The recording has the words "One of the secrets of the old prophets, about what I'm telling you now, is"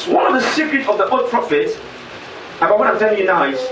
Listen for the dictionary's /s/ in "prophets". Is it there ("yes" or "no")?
no